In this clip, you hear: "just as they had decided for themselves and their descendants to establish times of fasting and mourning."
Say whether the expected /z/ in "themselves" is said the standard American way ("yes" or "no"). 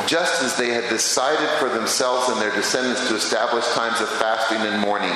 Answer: yes